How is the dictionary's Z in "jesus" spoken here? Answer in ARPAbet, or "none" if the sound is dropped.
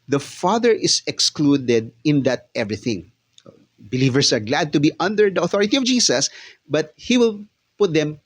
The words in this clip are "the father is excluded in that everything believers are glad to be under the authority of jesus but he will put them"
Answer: S